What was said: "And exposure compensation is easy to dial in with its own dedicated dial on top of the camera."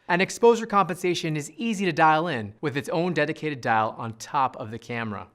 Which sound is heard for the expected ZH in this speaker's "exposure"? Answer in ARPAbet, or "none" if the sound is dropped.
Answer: ZH